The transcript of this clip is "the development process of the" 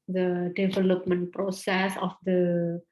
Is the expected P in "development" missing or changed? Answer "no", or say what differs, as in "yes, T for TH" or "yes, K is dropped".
no